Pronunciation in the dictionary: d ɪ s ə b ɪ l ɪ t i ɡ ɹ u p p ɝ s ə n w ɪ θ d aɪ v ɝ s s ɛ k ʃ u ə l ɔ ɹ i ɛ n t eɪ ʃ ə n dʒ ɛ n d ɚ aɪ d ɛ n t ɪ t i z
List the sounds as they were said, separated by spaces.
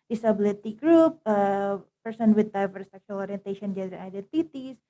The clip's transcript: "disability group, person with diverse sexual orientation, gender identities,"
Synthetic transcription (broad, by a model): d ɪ s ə b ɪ l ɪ t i ɡ ɹ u p p ɝ s ə n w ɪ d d aɪ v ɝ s s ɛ k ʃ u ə l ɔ ɹ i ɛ n t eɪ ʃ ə n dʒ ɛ d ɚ aɪ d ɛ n t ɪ t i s